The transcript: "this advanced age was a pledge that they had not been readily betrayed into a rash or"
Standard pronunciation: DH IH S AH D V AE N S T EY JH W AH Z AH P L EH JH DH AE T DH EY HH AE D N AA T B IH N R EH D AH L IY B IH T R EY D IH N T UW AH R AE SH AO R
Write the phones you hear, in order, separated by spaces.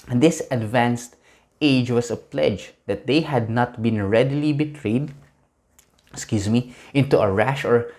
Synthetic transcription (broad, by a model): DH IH S AH D V AE N S T EY JH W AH S AH P L EH JH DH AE T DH EY HH AE D N AA T B IH N R EH D AH L IY B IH T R EY D IH N T UW AH R AE SH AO R